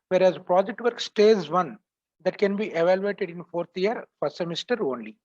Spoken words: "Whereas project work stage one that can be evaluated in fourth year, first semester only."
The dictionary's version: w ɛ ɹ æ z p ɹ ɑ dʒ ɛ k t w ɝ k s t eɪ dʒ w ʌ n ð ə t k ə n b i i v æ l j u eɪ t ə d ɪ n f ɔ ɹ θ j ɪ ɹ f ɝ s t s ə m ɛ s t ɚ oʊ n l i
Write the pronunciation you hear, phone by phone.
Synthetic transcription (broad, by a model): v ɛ ɹ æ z p ɹ ɑ dʒ ɛ k t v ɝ k s t eɪ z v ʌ n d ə t k ə n b i i v æ l j u eɪ t ə d ɪ n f ɔ ɹ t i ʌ ɹ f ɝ t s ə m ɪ s t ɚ oʊ n l i